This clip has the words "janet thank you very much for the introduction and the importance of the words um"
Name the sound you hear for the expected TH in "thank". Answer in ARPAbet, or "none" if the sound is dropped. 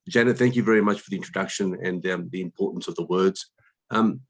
TH